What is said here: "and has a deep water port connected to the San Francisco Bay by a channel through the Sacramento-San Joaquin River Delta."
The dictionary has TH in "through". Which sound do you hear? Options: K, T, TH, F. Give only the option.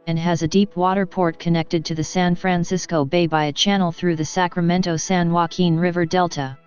TH